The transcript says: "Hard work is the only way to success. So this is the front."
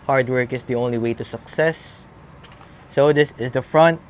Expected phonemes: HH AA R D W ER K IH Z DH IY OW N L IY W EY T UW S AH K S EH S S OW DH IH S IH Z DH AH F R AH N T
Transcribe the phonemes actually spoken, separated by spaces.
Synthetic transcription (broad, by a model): HH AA R D W ER K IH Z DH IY OW N L IY W EY T UW S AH K S EH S S OW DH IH S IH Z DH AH F R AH N T